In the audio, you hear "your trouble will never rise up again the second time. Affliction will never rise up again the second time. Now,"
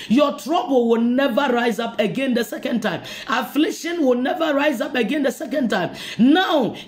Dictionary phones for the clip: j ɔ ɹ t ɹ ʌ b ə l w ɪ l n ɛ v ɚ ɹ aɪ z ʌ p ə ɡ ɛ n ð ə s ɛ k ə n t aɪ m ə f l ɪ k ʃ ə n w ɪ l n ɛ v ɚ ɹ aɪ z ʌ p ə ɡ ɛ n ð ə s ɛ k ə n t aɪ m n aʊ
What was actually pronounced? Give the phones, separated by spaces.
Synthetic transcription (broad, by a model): j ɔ t ɹ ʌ b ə l w ɪ l n ɛ v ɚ ɹ aɪ z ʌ p ə ɡ ɛ n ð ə s ɛ k ə n t aɪ m ə f l ɪ k ʃ ə n w ɪ l n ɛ v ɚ ɹ aɪ z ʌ p ə ɡ ɛ n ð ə s ɛ k ə n t aɪ m n aʊ